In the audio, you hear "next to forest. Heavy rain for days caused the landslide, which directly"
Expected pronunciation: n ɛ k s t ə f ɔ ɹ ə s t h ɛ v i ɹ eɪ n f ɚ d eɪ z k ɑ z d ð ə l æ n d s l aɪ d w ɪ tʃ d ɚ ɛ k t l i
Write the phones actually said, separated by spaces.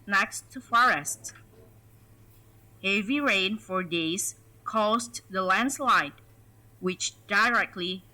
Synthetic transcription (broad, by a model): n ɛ k s t ə f ɔ ɹ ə s t h ɛ v i ɹ eɪ n f ɚ d eɪ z k ɑ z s ð ə l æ n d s l aɪ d w ɪ tʃ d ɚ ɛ k t l i